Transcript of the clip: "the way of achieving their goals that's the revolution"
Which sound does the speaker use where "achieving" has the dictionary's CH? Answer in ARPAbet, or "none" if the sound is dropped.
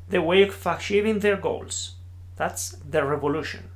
SH